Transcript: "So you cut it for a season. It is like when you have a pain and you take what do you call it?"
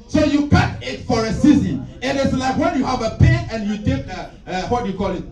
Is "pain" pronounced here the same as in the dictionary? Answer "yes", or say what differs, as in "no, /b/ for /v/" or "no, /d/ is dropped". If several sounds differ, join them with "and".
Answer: no, /n/ is dropped